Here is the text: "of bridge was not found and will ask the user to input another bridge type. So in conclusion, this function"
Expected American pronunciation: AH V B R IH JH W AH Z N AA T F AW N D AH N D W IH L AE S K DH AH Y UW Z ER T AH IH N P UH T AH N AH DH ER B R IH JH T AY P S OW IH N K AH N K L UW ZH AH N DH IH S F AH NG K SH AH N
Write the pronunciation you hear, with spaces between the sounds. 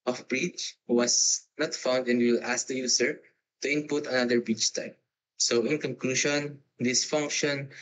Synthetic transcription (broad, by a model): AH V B R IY CH W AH S N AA T F AW N D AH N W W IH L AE S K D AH Y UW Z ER T AH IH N P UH T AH N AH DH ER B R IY CH T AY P S OW IH N K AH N K L UW SH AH N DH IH S F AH NG K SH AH N